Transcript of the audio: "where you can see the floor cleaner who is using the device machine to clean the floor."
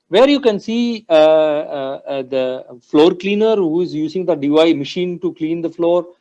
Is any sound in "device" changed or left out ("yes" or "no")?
yes